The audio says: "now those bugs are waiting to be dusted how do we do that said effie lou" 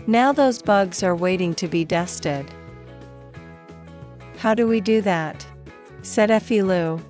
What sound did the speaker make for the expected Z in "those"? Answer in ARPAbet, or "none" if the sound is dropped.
Z